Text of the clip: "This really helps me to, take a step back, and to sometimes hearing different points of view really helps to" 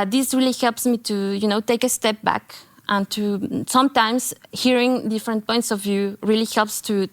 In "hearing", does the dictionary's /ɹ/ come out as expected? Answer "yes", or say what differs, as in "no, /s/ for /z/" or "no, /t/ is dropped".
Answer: yes